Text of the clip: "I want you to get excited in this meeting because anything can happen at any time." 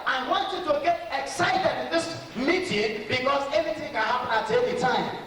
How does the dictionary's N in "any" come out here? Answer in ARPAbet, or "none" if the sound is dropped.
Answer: L